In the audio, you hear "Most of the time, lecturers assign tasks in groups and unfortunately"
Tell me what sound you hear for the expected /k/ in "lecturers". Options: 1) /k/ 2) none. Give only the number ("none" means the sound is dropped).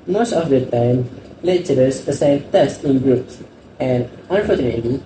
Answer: 2